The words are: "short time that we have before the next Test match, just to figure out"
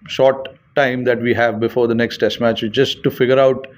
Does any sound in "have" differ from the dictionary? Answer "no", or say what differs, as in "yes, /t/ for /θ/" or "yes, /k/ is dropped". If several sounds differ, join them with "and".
no